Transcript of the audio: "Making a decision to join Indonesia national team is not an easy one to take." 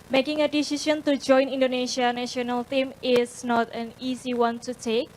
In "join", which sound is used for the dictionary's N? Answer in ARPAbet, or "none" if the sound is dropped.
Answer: N